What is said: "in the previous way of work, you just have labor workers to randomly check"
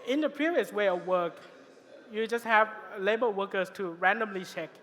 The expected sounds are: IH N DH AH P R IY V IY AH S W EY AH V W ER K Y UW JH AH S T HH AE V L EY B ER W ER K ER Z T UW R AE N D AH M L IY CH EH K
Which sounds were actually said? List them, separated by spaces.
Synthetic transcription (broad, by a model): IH N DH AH P R IY V IY AH S W EY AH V W ER K Y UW JH AH S T HH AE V L EY B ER W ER K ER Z T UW R AE N D AH M L IY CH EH K